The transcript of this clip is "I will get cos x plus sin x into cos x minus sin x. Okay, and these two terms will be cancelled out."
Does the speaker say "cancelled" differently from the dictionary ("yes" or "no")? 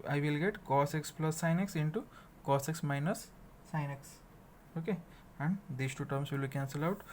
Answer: yes